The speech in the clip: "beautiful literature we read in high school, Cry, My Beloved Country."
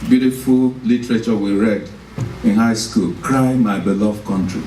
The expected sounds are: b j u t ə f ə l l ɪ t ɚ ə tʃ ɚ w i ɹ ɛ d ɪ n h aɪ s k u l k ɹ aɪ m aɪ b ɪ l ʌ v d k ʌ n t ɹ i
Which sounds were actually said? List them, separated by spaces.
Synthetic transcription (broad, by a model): b j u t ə f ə l l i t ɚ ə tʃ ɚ w i ɹ ɛ d ɪ n h aɪ s k u l k ɹ aɪ m aɪ b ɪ l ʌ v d k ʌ n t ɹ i